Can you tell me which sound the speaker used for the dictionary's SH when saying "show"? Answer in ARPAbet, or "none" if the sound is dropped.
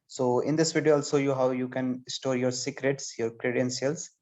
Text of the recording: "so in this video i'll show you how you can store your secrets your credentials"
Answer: S